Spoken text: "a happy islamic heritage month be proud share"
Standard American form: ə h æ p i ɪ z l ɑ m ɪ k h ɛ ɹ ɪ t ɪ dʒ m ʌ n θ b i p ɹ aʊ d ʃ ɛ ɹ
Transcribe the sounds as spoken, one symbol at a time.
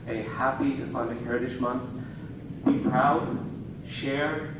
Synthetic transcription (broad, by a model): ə h æ p i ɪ s l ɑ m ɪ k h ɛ ɹ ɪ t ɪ ʃ m ʌ n θ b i p ɹ aʊ d ʃ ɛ ɹ